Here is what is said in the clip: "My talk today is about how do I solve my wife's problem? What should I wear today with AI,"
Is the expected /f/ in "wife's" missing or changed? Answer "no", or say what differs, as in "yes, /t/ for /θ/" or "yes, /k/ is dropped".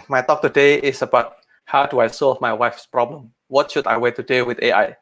no